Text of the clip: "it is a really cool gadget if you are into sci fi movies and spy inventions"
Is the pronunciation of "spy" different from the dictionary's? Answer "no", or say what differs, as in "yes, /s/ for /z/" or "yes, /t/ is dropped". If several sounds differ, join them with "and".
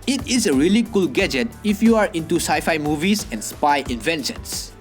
no